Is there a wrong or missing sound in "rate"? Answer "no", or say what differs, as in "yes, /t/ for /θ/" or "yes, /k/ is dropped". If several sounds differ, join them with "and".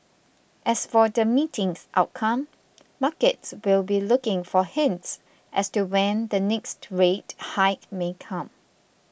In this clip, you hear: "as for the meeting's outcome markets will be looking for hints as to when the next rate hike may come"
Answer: no